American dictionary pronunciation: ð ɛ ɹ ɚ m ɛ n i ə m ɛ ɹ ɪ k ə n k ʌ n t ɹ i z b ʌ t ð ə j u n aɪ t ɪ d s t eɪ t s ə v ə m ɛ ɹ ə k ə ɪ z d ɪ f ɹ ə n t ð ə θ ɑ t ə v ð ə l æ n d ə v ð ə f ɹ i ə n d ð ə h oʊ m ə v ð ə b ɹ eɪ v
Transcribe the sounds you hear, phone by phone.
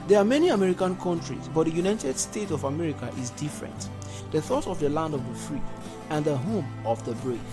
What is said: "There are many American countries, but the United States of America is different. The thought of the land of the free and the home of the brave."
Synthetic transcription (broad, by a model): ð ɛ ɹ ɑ m ɛ n i ə m ɛ ɹ ɪ k ə n k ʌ n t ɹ i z b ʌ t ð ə j u n aɪ t ɪ d s t eɪ t ə v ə m ɛ ɹ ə k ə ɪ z d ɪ f ɹ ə n t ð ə θ ɑ t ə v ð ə l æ n d ə v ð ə f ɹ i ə n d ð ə h oʊ m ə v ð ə b ɹ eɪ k